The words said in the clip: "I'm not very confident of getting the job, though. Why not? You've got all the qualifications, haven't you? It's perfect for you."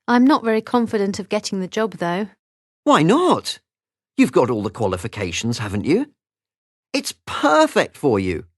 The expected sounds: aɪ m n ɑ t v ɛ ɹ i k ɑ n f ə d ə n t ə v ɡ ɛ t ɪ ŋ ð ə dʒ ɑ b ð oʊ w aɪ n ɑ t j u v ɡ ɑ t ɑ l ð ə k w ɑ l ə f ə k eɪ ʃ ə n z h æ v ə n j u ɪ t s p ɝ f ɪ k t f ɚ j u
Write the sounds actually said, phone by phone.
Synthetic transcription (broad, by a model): aɪ m n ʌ t v ɛ ɹ i k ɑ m f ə d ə n t ə v ɡ ɛ t ɪ ŋ ð ə dʒ ɑ b ð oʊ w aɪ n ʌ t j u v ɡ ɑ t ɑ l ð ə k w ɑ l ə f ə k eɪ ʃ n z h æ v ə n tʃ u ɪ t s p ɝ f ɪ k t f ɚ j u